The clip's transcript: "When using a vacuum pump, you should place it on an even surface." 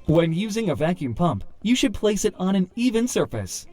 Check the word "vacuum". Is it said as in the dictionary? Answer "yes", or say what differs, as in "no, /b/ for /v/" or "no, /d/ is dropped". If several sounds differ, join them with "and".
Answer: yes